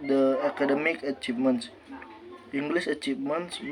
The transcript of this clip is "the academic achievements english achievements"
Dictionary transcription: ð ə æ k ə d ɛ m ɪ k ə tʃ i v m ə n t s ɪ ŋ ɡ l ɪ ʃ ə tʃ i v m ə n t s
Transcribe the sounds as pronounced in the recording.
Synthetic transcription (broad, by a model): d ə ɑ k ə d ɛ m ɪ k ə tʃ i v m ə n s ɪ ŋ ɡ l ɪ s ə tʃ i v m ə n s